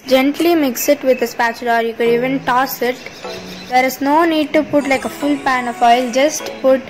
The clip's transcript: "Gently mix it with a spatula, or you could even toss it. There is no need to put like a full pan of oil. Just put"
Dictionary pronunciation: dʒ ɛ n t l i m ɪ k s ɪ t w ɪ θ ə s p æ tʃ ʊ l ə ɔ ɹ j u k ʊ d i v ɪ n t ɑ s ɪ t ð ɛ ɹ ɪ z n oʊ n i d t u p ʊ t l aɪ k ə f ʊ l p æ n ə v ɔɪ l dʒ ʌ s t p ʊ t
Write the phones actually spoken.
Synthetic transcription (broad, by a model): dʒ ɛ n t l i m ɪ k s ɪ t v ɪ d ə s p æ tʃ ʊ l ɔ ɹ j u k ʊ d i v ɪ n t ɑ s ɪ t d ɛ ɹ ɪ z n oʊ n i d t u p ʊ t l aɪ k ə f ʊ l p æ n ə f ɔɪ l dʒ ʌ s t p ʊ t